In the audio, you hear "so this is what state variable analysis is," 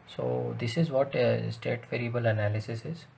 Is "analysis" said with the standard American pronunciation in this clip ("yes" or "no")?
yes